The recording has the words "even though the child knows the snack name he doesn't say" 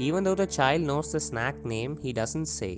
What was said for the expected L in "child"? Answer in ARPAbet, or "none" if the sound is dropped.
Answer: L